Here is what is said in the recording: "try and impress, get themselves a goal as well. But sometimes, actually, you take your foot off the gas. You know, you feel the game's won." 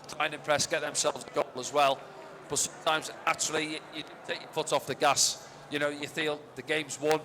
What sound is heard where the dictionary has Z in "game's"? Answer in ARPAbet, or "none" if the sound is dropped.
Z